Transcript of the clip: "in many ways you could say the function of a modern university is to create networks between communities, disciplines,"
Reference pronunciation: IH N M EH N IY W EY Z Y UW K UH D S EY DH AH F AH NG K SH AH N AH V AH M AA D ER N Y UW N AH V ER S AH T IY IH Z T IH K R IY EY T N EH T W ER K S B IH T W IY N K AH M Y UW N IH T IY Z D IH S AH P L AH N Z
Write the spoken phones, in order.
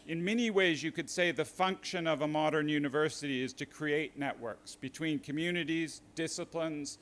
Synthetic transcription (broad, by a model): IH N M EH N IY W EY Z Y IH K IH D S EY DH AH F AH NG K SH AH N AH V AH M AA D ER N Y UW N AH V ER S AH T IY IH Z T IH K R IY EY T N EH T W ER K S B IH T W IY N K AH M Y UW N IH T IY Z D IH S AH P L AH N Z